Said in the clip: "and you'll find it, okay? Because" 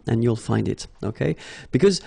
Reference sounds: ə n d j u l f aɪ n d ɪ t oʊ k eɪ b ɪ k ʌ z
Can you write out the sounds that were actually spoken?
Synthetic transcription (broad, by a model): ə n j u l f aɪ n d ɪ t oʊ k eɪ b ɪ k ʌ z